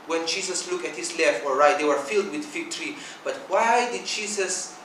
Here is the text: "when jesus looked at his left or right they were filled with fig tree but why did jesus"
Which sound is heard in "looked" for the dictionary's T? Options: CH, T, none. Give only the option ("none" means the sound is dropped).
none